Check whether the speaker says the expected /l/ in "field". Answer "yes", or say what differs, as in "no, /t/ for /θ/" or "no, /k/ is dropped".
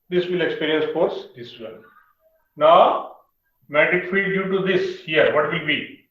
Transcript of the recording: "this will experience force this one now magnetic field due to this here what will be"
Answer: no, /l/ is dropped